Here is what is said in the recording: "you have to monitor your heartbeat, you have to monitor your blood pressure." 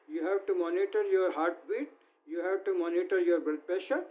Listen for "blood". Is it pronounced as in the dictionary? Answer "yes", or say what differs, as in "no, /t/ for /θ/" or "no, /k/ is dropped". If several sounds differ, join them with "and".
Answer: no, /l/ is dropped